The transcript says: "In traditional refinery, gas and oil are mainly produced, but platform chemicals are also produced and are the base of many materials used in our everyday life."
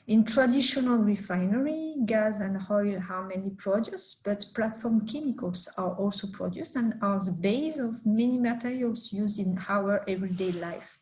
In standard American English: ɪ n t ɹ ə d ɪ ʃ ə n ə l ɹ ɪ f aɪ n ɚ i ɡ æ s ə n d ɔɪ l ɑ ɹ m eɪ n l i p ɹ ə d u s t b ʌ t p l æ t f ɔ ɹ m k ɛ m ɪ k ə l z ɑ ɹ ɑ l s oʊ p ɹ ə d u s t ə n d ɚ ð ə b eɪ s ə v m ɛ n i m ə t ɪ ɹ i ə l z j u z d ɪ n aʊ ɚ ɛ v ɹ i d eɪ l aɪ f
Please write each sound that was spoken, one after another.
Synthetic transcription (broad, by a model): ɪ n t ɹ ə d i ʃ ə n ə l ɹ ɪ f aɪ n ɚ i ɡ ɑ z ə n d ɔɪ l ɑ w m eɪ n i p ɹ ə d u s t b ʌ t p l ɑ t f ɔ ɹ m k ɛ m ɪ k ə l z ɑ ɹ ɑ l s oʊ p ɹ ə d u s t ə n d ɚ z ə b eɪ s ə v m ɛ n i m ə t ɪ ɹ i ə l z j u z d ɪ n aʊ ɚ ɛ v ɹ i d eɪ l aɪ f